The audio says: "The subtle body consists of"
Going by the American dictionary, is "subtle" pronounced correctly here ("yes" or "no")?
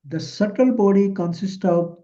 yes